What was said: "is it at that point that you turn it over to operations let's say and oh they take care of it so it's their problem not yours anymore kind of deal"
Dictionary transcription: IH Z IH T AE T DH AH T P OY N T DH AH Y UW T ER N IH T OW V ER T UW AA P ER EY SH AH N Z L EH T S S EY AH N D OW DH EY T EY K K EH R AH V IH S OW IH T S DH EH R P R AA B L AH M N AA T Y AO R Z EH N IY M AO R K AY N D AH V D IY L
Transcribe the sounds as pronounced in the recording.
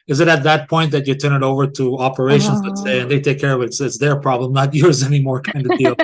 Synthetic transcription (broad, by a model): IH Z IH T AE T DH AH T P OY N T DH AH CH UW T ER N IH T OW V ER T UW AA P ER EY SH AH N Z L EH T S S EY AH N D DH EY T EY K K EH R AH V IH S IH T S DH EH R P R AA B L AH M N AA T Y AO R Z EH N IY M AO R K AY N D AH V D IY L